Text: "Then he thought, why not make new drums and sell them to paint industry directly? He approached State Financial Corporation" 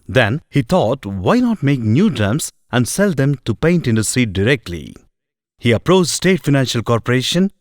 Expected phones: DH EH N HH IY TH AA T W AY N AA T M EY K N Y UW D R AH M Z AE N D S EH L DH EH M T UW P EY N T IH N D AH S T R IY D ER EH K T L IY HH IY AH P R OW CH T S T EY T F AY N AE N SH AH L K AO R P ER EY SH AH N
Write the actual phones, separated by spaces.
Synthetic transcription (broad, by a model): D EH N HH IY T AA T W AY N AA T M EY K N Y UW D R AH M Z AE N D S EH L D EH M T UW P EY N T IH N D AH S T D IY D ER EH K T L IY HH IY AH P R OW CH S T EY T F AY N AE N SH AH L K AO R P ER EY SH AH N